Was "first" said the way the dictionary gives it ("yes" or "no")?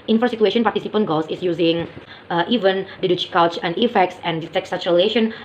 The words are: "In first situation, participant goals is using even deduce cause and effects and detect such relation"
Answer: no